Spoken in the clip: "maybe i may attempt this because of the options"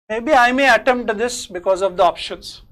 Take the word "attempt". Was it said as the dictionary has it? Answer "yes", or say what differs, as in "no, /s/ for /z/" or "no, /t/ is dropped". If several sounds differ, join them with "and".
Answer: no, /p/ is dropped